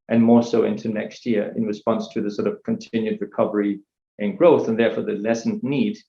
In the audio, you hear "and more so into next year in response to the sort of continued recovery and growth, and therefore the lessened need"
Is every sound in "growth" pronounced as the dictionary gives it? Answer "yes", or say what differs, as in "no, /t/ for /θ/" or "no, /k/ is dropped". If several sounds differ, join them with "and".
yes